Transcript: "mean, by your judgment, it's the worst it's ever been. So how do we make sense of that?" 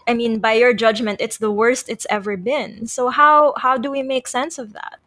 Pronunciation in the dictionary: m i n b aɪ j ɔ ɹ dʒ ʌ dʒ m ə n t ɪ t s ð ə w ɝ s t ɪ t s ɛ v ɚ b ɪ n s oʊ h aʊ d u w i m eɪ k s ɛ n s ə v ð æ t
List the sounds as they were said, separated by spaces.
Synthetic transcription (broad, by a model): m i n b aɪ j ɔ ɹ dʒ ʌ dʒ m ə n t ɪ t s ð ə w ɝ s t ɪ t s ɛ v ɚ b ɪ n s oʊ h aʊ d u w i m eɪ k s ɛ n s ə v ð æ t